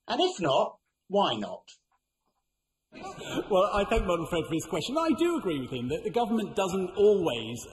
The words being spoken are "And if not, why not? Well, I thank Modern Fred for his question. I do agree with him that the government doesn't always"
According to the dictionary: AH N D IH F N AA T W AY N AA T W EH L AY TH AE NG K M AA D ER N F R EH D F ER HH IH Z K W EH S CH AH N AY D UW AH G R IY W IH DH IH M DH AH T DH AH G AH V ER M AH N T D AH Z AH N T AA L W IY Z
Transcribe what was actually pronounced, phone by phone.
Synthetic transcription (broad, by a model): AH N IH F N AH T W AY N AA T W EH L AY TH AE NG K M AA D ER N F R EH D F ER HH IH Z K W EH S CH AH N AY D AH G R IY W IH DH IH M DH AH T DH AH G AH V ER M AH N D AH Z AH N T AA L W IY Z